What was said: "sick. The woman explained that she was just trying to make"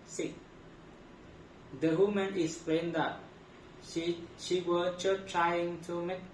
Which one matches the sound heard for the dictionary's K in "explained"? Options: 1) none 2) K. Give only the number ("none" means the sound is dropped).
1